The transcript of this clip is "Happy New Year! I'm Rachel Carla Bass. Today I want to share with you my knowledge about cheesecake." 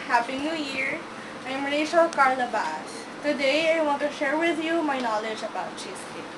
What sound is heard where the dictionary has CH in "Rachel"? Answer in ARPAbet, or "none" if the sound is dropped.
SH